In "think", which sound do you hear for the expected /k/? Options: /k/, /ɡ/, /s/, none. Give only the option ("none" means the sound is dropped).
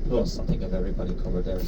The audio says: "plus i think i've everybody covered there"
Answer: none